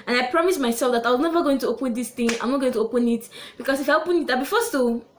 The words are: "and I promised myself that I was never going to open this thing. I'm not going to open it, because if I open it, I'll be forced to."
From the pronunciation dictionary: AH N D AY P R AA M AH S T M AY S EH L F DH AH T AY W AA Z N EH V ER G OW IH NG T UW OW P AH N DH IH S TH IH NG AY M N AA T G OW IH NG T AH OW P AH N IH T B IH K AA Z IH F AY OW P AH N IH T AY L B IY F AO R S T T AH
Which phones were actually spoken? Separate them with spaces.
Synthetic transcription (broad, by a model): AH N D AY P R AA M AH S M AY S EH L F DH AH T AY W AA Z N EH V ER G OW IH NG T UW OW P AH N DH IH S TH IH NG AY M N AA T G OW IH NG T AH OW P AH N IH T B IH K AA S IH F AY OW P AH N IH T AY B IY F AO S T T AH